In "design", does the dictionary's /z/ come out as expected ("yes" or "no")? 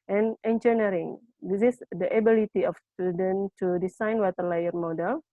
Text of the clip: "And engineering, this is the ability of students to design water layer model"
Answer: no